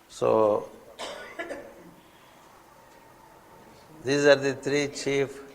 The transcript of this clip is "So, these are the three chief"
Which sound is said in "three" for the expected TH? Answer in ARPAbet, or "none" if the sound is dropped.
T